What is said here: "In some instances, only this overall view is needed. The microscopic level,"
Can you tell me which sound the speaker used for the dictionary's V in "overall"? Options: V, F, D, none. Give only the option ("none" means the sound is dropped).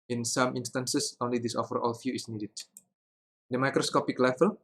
F